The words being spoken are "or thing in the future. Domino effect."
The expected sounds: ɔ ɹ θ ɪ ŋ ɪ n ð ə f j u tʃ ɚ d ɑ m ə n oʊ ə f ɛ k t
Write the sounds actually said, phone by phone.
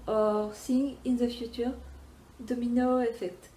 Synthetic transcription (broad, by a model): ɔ ɹ s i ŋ ɪ n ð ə f j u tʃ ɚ d ɑ m ə n oʊ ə f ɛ k t